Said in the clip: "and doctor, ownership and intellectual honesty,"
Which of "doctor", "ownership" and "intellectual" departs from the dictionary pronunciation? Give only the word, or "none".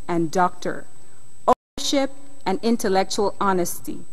none